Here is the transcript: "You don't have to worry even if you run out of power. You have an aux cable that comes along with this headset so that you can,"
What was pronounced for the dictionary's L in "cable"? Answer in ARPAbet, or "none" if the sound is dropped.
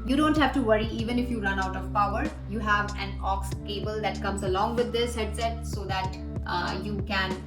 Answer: L